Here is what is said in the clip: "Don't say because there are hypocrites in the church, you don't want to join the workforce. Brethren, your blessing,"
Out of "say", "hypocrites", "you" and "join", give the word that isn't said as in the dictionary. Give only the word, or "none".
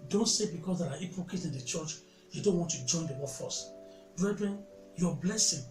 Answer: hypocrites